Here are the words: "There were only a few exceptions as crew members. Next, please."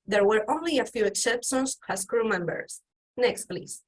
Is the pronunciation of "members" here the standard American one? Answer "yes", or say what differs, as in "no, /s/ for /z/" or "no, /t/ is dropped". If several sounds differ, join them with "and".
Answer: no, /s/ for /z/